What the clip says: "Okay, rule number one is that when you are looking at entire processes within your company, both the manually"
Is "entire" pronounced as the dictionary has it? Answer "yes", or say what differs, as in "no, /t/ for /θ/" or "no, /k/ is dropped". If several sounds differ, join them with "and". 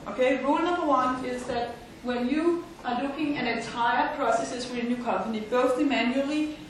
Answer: yes